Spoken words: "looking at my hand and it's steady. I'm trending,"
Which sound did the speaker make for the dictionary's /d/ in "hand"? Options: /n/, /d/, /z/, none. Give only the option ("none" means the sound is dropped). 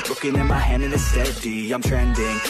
none